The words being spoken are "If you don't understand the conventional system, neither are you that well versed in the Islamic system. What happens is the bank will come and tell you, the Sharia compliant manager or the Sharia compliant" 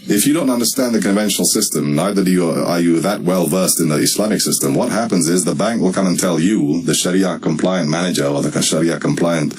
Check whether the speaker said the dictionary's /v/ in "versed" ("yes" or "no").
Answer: yes